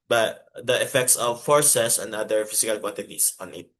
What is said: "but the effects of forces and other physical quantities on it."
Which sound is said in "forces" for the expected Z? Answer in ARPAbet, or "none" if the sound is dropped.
S